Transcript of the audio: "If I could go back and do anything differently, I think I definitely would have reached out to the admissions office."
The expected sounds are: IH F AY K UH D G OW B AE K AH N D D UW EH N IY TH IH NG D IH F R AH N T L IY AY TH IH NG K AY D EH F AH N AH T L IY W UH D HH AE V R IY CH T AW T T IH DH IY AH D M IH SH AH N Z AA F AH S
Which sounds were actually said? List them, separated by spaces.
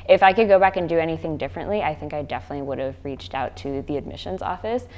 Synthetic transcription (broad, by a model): IH F AY K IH D G OW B AE K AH N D D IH EH N IY TH IH NG D IH F R AH N T L IY AY TH IH NG K AY D EH F AH N AH T L IY W UH D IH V R IY CH T AW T T IH DH IY AH D M IH SH AH N Z AA F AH S